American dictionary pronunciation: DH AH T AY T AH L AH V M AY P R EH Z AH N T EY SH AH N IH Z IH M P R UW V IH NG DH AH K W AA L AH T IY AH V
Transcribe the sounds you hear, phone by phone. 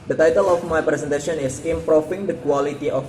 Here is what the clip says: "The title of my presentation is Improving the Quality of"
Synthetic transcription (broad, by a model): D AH T AY T AH L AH F M AY P R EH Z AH N T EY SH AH N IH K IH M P R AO F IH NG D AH K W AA L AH T IY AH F